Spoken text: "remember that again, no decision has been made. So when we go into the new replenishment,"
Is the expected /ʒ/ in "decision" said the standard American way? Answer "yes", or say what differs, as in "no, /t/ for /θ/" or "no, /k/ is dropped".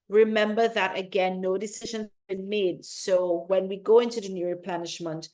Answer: yes